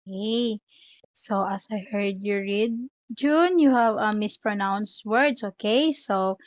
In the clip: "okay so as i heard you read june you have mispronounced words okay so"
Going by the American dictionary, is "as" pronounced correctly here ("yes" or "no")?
no